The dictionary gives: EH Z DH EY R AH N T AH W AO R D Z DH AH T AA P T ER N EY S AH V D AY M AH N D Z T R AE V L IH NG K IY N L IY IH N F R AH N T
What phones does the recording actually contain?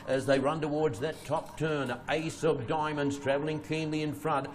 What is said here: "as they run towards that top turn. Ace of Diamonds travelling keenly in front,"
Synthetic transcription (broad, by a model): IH Z DH EY R AH N T AH W AO R D Z DH AH T AA P T ER N EY S AH V D AY M AH N D Z T R AE V L IH NG K IY N L IY IH N F R AH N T